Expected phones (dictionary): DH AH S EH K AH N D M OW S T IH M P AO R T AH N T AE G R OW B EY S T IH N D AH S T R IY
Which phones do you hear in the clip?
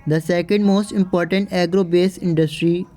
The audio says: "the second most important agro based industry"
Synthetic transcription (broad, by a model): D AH S EH K AH N D M OW S T IH M P AO R T AH N T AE G R OW B EY S IH N D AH S T R IY